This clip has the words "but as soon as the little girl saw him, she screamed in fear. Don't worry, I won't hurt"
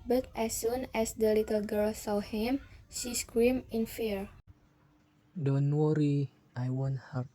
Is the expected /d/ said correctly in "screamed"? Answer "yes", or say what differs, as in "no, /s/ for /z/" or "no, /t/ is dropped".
no, /d/ is dropped